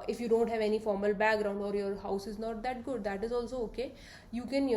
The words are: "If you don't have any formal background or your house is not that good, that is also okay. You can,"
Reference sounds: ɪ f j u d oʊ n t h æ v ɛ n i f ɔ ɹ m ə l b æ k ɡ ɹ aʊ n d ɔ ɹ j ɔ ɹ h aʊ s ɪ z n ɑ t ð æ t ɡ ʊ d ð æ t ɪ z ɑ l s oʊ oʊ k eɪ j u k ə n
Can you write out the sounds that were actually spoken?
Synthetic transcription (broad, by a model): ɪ f j u d oʊ n t h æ v ɛ n i f ɔ ɹ m ə l b æ k ɡ ɹ aʊ n d ɔ ɹ j ɔ ɹ h aʊ s ɪ z n ɑ t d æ t ɡ ʊ d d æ t ɪ z ɑ l s oʊ oʊ k eɪ j u k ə n